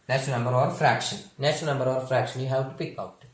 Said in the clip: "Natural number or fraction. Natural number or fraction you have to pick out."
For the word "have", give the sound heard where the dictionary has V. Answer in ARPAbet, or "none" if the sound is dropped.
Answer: W